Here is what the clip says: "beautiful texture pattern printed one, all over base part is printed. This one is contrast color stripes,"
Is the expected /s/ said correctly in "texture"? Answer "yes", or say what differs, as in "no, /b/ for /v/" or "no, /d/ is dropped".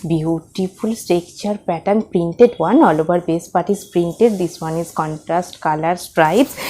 no, /s/ is dropped